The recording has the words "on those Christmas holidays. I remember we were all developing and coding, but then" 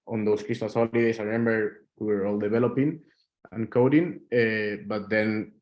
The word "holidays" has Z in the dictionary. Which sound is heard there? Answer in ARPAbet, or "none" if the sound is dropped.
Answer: S